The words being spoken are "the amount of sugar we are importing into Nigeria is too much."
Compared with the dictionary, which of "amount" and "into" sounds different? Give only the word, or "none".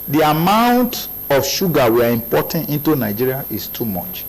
none